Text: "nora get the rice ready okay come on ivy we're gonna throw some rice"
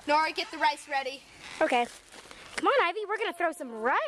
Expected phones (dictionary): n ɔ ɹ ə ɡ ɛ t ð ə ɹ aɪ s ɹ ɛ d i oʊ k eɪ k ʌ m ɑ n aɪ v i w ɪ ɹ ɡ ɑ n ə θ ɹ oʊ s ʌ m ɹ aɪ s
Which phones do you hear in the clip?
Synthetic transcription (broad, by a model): n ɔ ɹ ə ɡ ɛ t ð ə ɹ aɪ s ɹ ɛ d i oʊ k eɪ k ʌ m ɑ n aɪ v i w ɪ ɹ ɡ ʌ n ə θ ɹ oʊ s ʌ m ɹ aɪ